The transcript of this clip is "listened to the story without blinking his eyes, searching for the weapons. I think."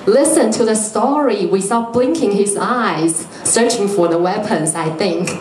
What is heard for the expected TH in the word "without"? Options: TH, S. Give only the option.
S